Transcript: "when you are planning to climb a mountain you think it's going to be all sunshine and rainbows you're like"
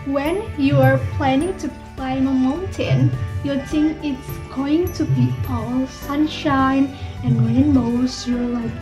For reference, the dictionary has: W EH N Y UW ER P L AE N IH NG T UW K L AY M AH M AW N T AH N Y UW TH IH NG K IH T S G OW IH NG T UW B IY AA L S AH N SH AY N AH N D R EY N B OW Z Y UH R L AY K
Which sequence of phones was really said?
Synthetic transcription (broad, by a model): W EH N Y UW ER P L AE N IH NG T UW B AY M AH M AW N T AH N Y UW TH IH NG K IH T S G OW IH NG T UW B IY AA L S AH N SH AY N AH N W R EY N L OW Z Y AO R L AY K